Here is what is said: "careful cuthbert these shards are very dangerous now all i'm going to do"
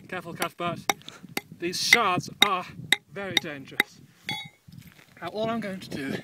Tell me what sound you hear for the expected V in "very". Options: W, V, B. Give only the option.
V